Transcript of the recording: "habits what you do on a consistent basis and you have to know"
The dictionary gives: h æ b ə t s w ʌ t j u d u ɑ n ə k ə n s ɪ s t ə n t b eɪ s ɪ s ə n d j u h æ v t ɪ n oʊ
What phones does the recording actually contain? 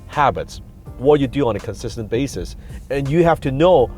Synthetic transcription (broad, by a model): h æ b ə t s w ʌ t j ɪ d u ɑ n ə k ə n s ɪ s t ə n b eɪ s ɪ s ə n j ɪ h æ f t ɪ n oʊ